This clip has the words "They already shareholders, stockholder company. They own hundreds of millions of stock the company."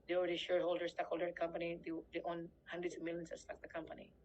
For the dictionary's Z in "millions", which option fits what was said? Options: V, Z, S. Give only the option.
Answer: S